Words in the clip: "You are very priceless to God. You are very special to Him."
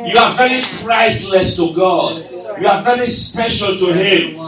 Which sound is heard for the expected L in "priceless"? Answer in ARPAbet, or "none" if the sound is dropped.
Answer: L